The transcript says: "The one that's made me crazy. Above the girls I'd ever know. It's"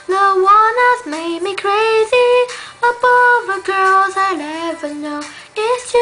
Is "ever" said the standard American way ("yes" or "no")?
yes